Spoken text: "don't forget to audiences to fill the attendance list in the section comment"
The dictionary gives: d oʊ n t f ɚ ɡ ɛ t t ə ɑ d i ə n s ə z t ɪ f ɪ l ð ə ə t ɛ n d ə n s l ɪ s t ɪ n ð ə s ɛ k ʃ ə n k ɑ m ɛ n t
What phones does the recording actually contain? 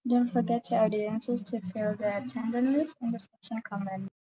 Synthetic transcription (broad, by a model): d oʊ n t f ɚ ɡ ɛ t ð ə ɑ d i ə n s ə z t ɪ f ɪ l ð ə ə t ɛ n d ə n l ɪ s ɪ n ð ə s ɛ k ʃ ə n k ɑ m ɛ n